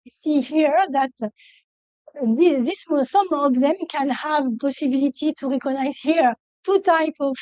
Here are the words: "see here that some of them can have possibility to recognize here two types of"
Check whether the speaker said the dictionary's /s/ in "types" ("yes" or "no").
no